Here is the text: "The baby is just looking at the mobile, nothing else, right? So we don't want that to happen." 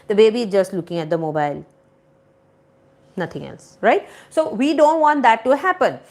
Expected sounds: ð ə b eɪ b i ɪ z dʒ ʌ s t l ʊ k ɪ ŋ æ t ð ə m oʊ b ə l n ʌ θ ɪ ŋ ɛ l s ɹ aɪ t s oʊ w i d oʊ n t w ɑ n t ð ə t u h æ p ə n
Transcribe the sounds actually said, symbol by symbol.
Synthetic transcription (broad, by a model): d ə b eɪ b i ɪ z dʒ ʌ s t l ʊ k ɪ ŋ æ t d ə m oʊ b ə l n ʌ t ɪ ŋ ɛ l s ɹ aɪ t s oʊ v i d oʊ n t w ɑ n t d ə t u h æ p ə n